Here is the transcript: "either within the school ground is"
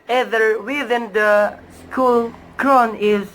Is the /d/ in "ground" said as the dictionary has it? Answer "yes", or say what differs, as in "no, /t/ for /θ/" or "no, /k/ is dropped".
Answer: no, /d/ is dropped